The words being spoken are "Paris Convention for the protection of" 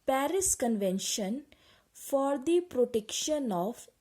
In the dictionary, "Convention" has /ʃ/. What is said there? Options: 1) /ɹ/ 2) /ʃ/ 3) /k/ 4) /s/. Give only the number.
2